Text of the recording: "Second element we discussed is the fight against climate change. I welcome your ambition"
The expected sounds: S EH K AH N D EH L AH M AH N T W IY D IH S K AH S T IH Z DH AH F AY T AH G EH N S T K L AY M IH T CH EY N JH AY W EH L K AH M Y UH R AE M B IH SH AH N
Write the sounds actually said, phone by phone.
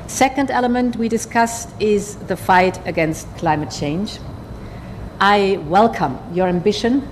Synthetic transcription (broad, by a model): S EH K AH N D EH L AH M AH N T W IY D IH S K AH S T IH Z DH AH F AY T AH G EH N S T K L AY M IH T CH EY N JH AY W EH L K AH M Y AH R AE M B IH SH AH N